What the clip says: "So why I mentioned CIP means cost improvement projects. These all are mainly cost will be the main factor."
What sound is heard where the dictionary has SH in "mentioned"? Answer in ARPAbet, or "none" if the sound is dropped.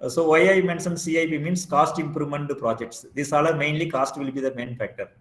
S